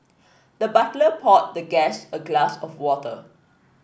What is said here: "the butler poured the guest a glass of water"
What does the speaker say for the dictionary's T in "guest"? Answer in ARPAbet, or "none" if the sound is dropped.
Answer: none